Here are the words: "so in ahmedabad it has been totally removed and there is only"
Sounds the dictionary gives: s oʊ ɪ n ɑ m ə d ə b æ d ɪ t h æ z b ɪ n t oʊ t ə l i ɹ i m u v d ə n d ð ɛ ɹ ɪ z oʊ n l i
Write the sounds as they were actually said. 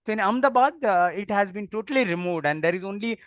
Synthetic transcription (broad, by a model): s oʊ ɪ n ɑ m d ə b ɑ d ɪ t h æ z b ɪ n t oʊ t ə l i ɹ i m u v d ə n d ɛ ɹ ɪ z oʊ n l i